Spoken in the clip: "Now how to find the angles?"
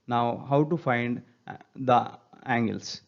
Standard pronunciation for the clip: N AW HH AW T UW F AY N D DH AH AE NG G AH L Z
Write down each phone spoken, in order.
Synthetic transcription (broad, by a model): N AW HH AW T UW F AY N D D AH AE NG G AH L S